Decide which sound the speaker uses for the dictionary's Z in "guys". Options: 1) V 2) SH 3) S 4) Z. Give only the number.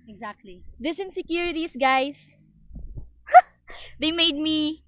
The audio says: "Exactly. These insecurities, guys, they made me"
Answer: 3